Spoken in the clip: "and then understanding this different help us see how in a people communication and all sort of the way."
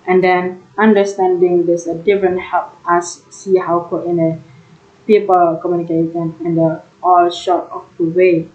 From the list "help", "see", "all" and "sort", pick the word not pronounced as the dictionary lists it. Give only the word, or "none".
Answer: sort